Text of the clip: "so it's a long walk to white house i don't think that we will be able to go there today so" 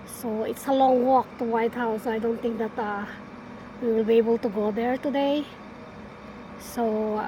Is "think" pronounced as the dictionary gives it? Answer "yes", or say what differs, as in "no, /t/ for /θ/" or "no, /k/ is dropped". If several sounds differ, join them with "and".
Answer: no, /t/ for /θ/